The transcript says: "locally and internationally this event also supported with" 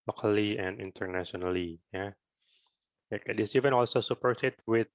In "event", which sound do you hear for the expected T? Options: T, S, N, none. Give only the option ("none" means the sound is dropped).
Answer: none